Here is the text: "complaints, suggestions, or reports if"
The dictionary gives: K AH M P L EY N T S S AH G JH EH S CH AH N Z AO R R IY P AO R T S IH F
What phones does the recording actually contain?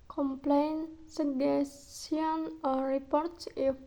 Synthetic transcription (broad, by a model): K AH M P L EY N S S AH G EH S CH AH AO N R IY P AO R T S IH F